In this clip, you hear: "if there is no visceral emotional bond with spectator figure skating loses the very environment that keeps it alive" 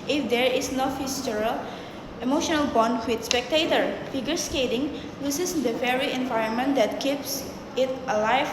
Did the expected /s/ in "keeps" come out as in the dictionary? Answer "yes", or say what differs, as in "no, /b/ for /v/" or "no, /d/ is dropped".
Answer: yes